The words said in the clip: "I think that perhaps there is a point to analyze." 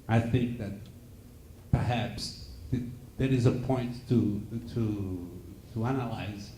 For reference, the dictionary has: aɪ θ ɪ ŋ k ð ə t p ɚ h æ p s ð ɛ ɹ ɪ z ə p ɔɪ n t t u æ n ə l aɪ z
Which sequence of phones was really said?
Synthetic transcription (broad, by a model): aɪ θ ɪ ŋ k ð ə t p ɚ h æ p s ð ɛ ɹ ɪ z ə p ɔɪ n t t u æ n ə l aɪ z